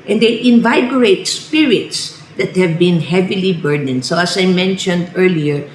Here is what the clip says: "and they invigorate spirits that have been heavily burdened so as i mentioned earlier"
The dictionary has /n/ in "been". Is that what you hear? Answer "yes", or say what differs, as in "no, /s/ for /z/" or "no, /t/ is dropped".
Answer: yes